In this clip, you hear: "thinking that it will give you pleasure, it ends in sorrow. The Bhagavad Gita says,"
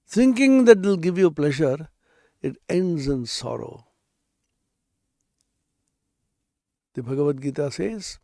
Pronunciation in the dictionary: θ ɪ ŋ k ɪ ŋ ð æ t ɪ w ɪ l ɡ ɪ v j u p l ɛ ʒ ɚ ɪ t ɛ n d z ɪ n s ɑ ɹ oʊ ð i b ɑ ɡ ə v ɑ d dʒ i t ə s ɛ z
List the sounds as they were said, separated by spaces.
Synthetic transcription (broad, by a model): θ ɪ ŋ k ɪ ŋ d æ t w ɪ l ɡ ɪ v j u p l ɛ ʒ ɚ ɪ t ɛ n d z ɪ n s ɑ ɹ oʊ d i b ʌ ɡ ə v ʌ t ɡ i t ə s ɛ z